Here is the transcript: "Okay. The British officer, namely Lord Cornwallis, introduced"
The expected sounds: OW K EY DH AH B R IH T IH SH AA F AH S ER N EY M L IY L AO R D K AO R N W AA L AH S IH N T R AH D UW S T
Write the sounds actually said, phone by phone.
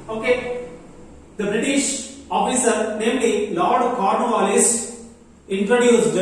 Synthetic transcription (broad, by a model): OW K EY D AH B R IH T IH SH AA F AH S ER N EY M L IY L AO R D K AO R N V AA L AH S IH N T R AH D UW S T